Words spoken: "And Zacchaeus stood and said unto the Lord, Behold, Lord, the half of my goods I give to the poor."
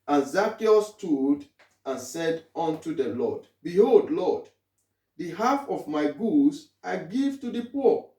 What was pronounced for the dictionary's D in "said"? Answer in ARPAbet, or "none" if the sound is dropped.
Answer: D